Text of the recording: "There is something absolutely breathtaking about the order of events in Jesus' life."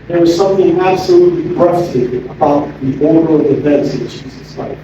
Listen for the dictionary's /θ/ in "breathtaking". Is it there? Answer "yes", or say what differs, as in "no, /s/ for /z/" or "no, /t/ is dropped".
no, /f/ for /θ/